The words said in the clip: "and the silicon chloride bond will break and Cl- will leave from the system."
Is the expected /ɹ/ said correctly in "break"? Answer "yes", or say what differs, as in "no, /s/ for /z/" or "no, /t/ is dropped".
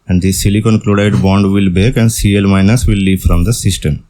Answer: no, /ɹ/ is dropped